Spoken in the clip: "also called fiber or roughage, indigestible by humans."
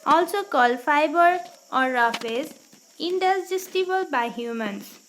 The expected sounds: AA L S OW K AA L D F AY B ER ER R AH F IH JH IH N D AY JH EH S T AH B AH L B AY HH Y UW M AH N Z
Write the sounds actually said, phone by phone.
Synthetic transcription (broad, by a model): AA L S OW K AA L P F AY B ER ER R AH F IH Z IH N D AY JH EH S T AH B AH L B AY HH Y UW M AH N